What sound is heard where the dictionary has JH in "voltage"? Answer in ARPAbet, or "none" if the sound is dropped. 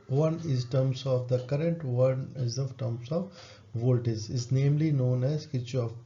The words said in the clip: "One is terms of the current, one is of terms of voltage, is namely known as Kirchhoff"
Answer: Z